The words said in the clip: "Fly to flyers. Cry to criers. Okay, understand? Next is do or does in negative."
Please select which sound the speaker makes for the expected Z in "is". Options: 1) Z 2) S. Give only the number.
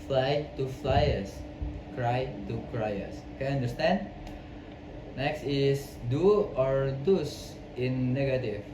2